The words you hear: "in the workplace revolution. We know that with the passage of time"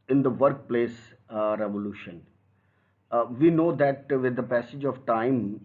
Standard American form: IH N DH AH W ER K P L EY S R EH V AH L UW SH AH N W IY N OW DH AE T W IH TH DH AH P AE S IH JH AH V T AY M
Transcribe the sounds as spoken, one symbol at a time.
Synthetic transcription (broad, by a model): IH N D AH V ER K P L EY S R EH V AH L UW SH AH N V IY N OW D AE T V IH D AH P AE S IH JH AH V T AY M